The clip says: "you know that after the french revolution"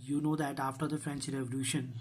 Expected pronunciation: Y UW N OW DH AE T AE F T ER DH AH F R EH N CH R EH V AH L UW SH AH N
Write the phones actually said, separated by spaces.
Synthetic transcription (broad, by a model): Y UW N OW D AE T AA F T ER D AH F R EH N CH R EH V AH L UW SH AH N